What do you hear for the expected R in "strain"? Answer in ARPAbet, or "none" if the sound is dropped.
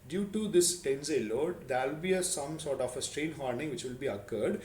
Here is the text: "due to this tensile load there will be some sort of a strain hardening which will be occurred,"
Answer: R